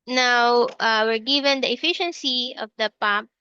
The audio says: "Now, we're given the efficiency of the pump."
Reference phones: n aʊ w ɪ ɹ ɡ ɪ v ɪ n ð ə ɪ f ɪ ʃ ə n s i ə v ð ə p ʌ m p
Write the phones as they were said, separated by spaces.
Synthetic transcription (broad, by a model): n aʊ w ɪ ɹ ɡ ɪ v ɪ n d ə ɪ f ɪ ʃ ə n s i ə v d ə p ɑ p